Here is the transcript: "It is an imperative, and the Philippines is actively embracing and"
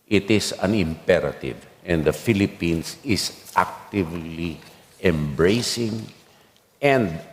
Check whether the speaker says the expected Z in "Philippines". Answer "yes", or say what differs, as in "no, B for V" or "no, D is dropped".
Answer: no, S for Z